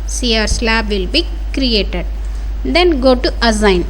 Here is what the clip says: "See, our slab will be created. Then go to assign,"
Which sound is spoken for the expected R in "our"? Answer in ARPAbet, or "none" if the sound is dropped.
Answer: R